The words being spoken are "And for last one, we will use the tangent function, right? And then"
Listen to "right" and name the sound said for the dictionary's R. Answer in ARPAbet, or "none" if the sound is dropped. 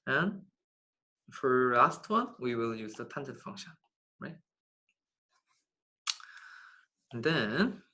R